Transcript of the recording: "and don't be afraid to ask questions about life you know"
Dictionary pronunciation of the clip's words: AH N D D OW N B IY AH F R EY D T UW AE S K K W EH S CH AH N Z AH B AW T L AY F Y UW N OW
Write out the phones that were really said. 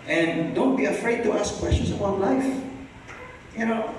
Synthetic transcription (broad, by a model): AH N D D OW N B IY AH F R EY D T UW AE S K K W EH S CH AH N S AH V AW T L AY F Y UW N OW